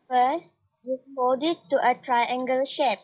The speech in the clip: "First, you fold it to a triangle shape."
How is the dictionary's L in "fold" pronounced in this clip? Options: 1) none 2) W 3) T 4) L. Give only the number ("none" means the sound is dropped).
1